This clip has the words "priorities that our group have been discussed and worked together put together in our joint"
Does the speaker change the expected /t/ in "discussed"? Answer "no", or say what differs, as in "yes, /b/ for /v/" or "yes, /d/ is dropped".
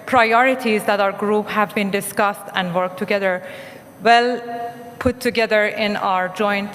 no